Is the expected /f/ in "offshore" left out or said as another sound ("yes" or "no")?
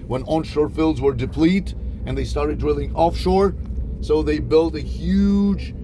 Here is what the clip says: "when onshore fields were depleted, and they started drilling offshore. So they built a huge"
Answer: no